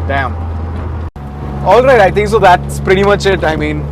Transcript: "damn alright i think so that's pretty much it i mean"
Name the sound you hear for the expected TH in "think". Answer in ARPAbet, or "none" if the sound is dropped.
T